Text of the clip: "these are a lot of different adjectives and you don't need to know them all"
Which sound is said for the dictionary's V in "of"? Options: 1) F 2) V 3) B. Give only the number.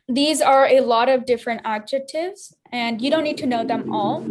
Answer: 2